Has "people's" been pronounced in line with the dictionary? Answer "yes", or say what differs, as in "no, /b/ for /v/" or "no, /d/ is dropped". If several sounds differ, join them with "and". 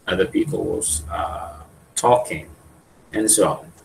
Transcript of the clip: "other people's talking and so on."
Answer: no, /l/ is dropped